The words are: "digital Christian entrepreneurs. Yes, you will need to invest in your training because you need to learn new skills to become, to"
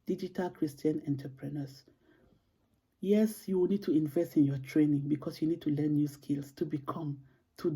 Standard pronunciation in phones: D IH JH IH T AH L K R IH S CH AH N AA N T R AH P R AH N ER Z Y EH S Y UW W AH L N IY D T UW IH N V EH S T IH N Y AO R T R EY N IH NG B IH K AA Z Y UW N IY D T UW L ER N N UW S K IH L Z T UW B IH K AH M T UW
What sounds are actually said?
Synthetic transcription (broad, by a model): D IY JH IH T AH L K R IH S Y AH N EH N T AH P R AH N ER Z Y EH S Y UW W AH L N IY D T UW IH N V EH S T IH N Y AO T R EY N IH NG B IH K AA S Y UW N IY D T UW L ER N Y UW S K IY L S T UW B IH K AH M T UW